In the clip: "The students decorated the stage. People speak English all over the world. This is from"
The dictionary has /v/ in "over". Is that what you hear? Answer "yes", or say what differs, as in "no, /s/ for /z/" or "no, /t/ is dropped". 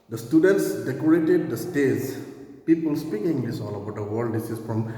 no, /b/ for /v/